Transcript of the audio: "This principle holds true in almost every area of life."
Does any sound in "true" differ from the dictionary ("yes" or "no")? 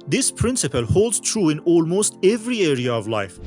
no